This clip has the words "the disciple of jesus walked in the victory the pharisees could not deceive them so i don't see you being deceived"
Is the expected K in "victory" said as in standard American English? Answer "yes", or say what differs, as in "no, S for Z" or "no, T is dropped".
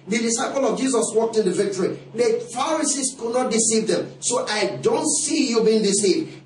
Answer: yes